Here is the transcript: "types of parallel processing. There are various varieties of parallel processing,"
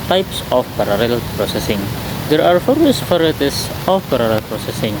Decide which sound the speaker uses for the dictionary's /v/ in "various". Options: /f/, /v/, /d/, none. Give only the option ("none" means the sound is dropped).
/f/